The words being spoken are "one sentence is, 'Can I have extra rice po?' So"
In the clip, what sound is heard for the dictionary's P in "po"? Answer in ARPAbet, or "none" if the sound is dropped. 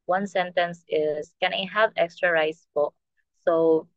B